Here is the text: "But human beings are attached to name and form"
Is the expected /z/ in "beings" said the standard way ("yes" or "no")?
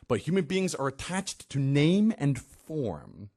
yes